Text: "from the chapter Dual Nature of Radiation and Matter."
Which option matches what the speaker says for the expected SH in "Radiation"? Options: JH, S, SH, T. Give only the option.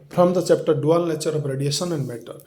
S